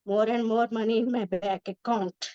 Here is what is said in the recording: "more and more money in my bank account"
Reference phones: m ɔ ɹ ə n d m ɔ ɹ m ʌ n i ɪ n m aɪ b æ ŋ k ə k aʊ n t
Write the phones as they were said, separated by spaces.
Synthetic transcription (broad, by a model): m ɔ ɹ ə n d m ɔ ɹ m ʌ n i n m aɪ b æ k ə k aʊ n t